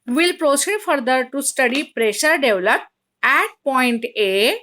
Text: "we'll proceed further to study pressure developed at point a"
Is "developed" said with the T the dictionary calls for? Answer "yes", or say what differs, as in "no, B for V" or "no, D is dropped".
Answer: no, T is dropped